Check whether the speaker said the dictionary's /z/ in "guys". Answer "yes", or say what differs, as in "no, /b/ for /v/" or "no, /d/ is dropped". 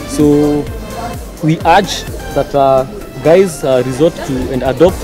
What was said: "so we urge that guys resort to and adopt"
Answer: yes